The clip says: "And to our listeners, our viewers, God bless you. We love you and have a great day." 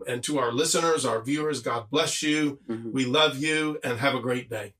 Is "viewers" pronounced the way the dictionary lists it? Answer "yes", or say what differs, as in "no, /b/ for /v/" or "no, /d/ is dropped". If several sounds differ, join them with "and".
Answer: yes